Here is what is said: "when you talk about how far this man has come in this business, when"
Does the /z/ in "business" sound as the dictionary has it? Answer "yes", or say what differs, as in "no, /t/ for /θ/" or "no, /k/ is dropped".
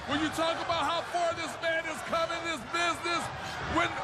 yes